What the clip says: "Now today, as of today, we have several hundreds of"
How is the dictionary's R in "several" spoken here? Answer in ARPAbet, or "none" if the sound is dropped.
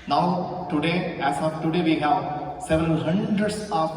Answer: none